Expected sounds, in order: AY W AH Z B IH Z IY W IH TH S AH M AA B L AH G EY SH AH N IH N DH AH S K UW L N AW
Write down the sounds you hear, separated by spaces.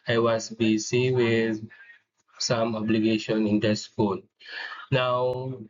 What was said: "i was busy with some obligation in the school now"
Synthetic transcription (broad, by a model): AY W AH S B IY S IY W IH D S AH M AA B L AH G EY SH AH N IH N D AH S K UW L N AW